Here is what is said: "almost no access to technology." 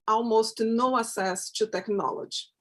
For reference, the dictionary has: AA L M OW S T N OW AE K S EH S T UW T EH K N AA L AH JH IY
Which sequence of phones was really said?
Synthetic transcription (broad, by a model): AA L M OW S T N OW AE S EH S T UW T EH K N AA L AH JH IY